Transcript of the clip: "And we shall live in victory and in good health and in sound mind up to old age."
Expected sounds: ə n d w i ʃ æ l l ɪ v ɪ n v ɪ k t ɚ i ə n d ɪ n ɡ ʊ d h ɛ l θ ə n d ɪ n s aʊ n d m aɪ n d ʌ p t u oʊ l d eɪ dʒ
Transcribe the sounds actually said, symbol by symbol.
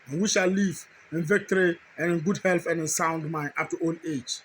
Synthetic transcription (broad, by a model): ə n w i ʃ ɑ l l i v ɪ n v ɪ k t ɚ i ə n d ɪ n ɡ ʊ d h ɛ l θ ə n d ɪ n s aʊ n d m aɪ n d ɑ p t u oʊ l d eɪ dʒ